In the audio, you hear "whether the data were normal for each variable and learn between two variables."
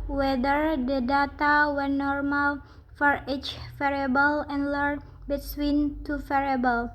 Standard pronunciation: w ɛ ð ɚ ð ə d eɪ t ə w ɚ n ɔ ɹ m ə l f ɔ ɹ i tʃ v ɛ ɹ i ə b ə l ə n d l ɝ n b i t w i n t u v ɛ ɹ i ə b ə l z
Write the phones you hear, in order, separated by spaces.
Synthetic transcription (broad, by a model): w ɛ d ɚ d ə d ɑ t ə w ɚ n ɔ ɹ m ə l f ɔ ɹ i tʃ f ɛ ɹ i b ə l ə n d l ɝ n b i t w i n t u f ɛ ɹ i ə b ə l